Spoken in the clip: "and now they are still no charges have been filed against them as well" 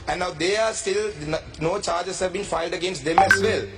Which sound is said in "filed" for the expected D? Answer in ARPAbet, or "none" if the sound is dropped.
D